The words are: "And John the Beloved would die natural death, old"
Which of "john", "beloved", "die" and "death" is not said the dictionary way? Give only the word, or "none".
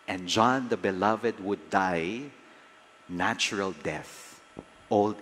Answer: none